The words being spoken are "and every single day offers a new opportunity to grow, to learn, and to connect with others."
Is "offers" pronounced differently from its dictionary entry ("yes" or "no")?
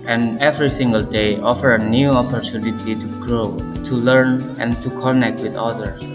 yes